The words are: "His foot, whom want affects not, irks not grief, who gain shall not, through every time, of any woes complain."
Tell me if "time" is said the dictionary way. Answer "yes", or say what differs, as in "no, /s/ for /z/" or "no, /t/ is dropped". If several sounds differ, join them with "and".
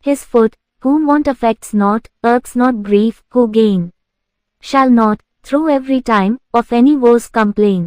yes